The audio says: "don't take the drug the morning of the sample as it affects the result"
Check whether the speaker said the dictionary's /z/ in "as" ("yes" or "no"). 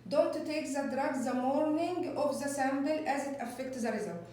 yes